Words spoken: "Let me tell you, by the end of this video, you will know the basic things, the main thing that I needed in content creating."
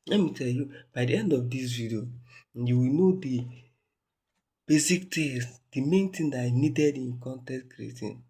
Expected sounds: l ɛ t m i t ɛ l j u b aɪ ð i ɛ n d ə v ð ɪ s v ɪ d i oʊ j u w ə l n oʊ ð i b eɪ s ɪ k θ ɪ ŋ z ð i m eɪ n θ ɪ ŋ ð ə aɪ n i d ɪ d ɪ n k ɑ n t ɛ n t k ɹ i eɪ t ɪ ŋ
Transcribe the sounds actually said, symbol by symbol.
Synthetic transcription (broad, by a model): l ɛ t m i t ɛ l j u b aɪ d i ɛ n d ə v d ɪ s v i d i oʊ j u w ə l n oʊ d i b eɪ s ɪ k t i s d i m eɪ n t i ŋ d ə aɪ n i d ɪ d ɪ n k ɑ n t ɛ t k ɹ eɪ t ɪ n